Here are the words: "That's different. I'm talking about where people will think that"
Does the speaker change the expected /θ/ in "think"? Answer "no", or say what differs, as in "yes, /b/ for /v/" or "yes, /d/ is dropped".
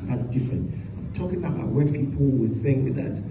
no